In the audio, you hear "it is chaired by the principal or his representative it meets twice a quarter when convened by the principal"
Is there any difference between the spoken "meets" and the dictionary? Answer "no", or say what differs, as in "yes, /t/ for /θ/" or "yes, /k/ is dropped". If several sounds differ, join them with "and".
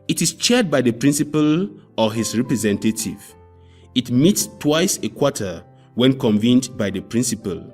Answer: no